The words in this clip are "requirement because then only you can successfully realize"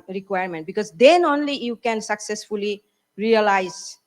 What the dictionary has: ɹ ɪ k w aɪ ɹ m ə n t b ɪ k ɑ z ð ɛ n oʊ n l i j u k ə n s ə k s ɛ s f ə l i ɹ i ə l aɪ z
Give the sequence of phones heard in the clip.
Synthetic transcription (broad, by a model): ɹ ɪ k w aɪ ɹ m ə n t b ɪ k ɑ z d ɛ n oʊ n l i j u k ə n s ə k s ɛ s f ə l i ɹ i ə l aɪ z